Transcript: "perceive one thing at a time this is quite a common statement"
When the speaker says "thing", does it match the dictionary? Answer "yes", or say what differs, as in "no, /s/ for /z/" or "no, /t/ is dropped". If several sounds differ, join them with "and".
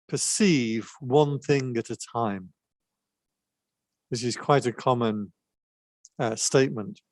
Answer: yes